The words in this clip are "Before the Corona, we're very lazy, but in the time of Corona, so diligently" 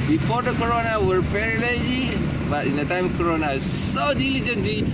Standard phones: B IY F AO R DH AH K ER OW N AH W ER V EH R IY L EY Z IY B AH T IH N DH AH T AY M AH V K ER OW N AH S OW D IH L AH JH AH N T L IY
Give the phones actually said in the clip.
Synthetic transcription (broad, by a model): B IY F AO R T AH K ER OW N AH W ER P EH R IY L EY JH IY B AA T IH N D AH T AY M K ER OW N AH S OW D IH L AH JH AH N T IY